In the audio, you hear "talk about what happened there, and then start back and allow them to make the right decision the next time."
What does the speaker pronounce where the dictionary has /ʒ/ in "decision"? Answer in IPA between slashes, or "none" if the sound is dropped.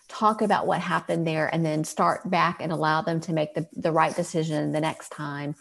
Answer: /ʒ/